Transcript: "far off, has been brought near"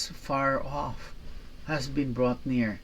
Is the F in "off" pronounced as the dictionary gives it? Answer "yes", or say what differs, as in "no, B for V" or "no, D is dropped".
yes